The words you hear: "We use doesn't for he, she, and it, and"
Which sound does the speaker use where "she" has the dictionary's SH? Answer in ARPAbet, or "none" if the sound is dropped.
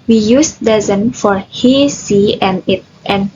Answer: S